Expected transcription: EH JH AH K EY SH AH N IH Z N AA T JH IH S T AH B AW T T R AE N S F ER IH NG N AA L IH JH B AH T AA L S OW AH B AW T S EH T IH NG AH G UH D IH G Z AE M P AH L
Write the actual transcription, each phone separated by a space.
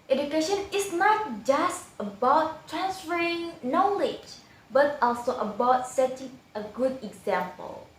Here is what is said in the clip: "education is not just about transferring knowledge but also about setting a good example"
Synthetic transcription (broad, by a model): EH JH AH K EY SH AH N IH S N AA T JH IH S T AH B AW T T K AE N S ER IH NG N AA L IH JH B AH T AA L S OW AH B AW T S EH T IH NG AH G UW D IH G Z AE M P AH L